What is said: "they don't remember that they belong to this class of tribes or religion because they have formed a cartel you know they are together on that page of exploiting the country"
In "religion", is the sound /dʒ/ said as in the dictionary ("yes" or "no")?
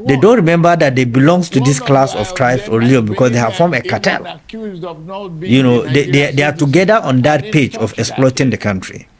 no